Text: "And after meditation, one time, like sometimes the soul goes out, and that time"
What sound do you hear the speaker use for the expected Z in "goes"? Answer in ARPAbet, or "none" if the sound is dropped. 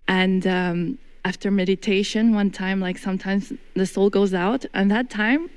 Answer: Z